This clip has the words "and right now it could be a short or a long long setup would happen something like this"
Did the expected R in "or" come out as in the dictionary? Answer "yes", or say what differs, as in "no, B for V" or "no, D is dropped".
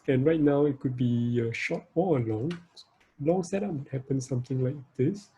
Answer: no, L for R